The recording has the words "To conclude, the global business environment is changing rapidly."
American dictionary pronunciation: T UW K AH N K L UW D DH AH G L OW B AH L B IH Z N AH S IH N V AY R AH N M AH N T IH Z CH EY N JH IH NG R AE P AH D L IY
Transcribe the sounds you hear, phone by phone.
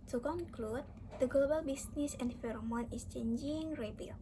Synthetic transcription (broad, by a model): T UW K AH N K L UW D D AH G L OW B AH L B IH S N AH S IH N F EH R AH M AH N IH S CH EY N JH IH NG R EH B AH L